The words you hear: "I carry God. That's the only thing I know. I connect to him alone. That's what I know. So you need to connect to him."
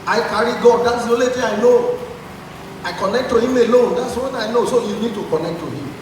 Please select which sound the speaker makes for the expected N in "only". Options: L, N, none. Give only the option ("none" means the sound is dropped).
none